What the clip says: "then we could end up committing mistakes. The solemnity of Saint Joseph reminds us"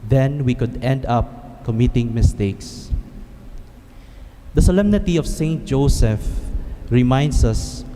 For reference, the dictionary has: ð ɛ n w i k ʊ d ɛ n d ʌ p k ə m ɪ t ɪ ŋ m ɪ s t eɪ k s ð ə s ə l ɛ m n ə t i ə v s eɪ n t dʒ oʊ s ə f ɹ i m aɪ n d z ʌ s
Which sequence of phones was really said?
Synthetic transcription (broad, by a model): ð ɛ n w i k ʊ d ɛ n d ʌ p k ə m ɪ t ɪ ŋ m ɪ s t eɪ k s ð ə s ə l ɛ m n ə t i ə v s eɪ n t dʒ oʊ s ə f ɹ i m aɪ n d s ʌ s